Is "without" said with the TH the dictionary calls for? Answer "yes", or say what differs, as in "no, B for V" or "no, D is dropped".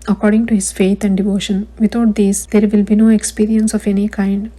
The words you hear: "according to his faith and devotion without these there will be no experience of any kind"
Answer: no, T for TH